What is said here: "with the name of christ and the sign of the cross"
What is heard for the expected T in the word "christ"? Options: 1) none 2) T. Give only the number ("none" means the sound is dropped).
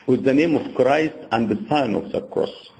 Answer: 2